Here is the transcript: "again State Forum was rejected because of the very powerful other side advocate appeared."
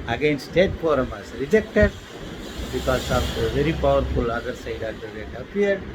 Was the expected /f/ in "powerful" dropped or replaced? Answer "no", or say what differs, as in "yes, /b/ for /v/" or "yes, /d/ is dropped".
no